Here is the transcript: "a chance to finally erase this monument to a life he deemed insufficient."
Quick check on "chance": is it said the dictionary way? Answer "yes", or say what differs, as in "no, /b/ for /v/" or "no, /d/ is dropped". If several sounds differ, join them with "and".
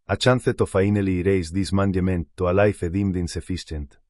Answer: no, /θ/ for /s/